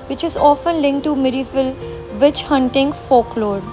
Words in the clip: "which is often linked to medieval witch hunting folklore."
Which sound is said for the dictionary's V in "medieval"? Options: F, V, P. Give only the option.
F